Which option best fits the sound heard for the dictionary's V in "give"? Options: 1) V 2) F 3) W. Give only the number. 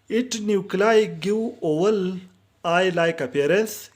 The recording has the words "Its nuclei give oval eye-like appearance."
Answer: 3